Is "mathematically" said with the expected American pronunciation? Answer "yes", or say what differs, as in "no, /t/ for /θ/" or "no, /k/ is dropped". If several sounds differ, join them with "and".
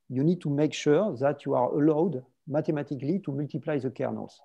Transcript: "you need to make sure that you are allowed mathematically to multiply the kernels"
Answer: no, /t/ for /θ/